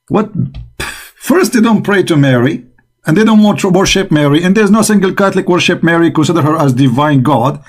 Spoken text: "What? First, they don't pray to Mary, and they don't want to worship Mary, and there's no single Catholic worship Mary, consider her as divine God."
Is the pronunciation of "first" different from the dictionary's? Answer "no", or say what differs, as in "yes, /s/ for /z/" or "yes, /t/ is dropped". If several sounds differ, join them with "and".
no